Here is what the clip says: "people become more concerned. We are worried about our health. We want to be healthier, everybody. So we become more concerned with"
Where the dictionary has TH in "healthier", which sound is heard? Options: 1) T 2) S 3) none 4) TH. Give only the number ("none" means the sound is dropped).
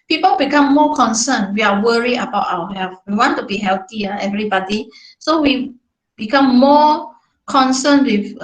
1